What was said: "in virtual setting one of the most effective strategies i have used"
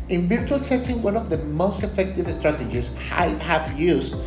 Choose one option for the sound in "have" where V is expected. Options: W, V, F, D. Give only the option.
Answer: F